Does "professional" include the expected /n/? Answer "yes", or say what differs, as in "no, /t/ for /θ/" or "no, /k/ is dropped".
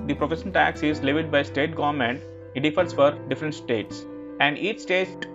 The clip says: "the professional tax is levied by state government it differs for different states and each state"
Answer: no, /n/ is dropped